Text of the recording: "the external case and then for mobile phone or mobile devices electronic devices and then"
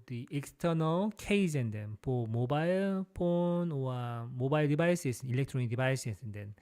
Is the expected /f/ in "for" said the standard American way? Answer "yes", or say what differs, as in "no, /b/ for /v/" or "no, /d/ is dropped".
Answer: no, /p/ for /f/